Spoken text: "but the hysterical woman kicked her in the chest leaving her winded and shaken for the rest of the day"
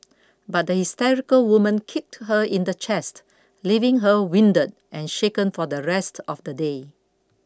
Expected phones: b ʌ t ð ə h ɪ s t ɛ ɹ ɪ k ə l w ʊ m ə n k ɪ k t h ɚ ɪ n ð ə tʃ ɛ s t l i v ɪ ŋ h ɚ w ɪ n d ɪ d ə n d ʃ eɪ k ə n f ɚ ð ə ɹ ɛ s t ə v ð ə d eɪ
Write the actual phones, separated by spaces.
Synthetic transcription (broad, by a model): b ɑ t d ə h ɪ s t ɛ ɹ ɪ k ə l w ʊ m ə n k ɪ k t h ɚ ɪ n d ə tʃ ɛ s t l i v ɪ ŋ h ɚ w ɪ n d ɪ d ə n ʃ eɪ k ə n f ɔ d ə ɹ ɛ s t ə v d ə d eɪ